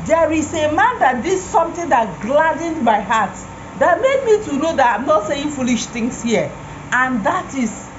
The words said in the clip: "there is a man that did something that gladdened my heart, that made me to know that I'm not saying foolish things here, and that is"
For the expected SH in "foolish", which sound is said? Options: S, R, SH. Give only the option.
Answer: SH